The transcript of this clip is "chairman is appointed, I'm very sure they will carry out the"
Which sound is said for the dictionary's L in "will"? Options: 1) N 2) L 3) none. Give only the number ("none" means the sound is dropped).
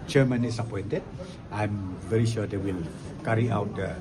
2